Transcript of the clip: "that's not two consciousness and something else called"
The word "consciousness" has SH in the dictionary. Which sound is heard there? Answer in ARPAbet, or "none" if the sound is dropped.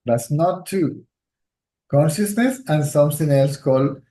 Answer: SH